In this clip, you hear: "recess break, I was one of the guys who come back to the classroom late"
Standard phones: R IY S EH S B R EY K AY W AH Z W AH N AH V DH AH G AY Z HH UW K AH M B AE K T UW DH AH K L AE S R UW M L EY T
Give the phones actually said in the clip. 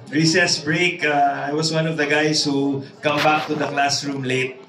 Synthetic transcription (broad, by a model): R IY S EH S B R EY K AY W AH S W AH N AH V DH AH G AY S HH UW K AH M B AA K T UW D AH K L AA S R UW M L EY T